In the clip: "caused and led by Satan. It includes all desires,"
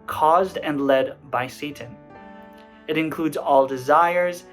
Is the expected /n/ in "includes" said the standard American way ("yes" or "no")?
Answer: yes